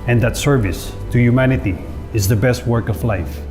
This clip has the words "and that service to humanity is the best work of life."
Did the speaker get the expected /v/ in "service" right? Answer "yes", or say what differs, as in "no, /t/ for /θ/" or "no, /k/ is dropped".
yes